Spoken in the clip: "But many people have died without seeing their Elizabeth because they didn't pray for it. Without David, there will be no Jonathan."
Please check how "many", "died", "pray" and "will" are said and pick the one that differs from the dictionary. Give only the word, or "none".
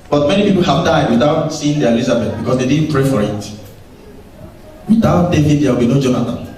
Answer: will